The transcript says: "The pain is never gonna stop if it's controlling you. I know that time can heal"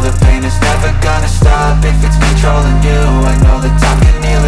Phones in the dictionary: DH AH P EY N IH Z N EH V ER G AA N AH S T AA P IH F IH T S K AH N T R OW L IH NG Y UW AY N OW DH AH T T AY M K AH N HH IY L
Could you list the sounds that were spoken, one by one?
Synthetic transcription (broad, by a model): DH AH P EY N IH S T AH F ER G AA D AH S T AA P IH F IH T S K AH N T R OW L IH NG Y UW AY N OW DH AH T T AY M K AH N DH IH